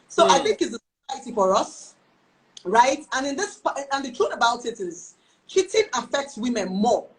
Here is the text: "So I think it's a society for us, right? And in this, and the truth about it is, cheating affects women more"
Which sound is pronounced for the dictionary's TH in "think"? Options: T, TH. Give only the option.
TH